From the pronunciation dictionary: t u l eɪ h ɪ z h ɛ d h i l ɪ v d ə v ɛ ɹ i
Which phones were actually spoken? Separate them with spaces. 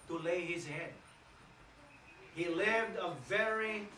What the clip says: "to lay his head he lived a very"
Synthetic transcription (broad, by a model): t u l eɪ h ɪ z h ɛ d h i l ɪ v d ə v ɛ ɹ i